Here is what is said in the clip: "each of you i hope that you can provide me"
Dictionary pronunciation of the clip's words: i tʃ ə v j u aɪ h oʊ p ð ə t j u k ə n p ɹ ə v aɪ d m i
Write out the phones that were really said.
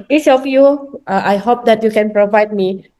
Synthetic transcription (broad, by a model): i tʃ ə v j u aɪ h oʊ p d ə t j u k ə n p ɹ ə v aɪ d m i